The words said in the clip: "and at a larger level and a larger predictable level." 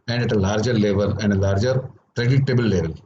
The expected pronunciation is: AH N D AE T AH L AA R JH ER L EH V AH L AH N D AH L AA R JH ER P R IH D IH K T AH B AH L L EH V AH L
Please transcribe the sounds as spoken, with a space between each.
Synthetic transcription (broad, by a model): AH N D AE T AH L AA R JH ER L EH V AH L AH N D AH L AA R JH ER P R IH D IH T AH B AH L L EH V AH L